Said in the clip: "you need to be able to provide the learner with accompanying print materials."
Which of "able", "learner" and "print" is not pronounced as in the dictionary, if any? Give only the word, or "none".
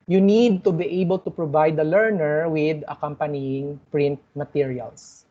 none